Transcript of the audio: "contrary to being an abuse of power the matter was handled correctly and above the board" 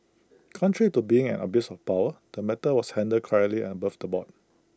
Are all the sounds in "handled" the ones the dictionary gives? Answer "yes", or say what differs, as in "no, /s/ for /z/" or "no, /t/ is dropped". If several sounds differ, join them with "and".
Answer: no, /l/ is dropped